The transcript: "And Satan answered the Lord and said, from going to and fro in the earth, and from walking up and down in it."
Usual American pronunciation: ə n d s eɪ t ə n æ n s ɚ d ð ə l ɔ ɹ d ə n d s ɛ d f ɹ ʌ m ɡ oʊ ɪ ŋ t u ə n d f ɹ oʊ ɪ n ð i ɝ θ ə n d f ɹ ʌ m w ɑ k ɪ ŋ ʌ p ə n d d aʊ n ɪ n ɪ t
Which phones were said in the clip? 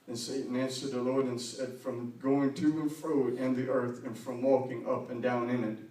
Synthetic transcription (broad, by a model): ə n s eɪ t n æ n s ɚ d ð ə l ɔ ɹ d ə n s ɛ d f ɹ ʌ m ɡ oʊ ɪ ŋ t u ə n f ɹ oʊ ɪ n ð i ɝ θ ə n f ɹ ʌ m w ɑ k ɪ ŋ ʌ p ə n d d aʊ n ɪ n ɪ t